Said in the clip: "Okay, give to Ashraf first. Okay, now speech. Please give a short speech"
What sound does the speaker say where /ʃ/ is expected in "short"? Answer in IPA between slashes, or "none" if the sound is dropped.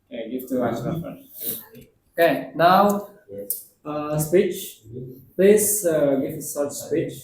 /s/